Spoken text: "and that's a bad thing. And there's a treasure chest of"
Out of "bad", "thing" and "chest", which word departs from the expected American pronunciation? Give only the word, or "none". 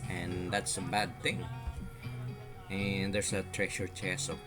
chest